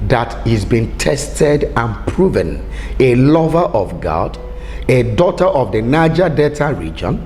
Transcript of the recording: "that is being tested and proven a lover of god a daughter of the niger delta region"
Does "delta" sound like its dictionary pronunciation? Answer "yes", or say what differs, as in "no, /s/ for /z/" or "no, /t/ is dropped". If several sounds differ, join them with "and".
no, /l/ is dropped